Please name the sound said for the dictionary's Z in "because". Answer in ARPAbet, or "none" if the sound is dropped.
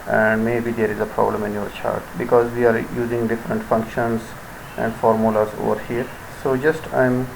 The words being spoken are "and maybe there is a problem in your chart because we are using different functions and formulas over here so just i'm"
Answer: Z